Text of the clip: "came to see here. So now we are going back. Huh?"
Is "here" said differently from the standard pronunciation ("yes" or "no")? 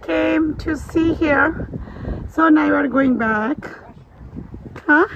no